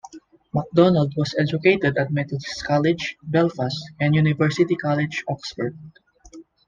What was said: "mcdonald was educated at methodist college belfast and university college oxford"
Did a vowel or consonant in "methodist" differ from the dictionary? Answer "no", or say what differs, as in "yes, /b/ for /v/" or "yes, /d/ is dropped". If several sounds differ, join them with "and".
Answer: yes, /t/ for /θ/